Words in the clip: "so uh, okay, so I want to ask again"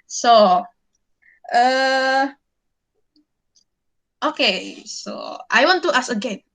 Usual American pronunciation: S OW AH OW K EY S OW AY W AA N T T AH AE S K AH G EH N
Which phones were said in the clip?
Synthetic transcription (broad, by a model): S OW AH OW K EY S OW AY W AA N T T AH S AH G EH N